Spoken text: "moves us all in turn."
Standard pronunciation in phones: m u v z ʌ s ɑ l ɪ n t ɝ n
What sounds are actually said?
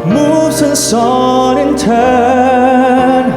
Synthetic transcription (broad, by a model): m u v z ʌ s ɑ n ɪ n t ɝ n